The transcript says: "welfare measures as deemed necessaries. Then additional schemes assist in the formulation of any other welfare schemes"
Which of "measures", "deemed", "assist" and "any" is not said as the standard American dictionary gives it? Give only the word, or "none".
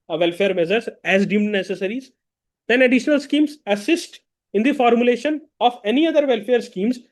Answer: measures